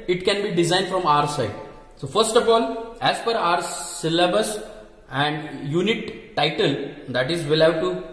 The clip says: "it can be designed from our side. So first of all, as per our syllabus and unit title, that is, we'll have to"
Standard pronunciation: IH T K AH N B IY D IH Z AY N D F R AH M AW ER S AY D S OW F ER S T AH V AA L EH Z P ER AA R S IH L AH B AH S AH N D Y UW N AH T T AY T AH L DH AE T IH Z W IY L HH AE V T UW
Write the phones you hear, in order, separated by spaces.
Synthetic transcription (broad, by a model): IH T K AH N B IY D IH Z AY N D F R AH M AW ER S AY D S OW F ER S T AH F AA L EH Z F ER AA R S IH L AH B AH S AH N D Y UW N AH T T AY T AH L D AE T IH Z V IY L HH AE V T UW